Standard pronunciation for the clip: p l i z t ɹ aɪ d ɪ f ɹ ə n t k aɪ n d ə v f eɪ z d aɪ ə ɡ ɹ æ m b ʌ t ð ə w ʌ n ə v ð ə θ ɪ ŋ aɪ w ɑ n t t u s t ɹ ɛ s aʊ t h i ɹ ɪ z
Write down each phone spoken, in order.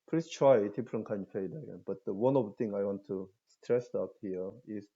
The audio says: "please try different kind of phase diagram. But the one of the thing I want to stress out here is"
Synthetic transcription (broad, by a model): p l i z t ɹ aɪ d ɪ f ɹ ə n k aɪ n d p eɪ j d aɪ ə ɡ ɛ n b ʌ t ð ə w ʌ n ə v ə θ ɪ ŋ aɪ w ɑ n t t u s t ɹ ɛ s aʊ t h i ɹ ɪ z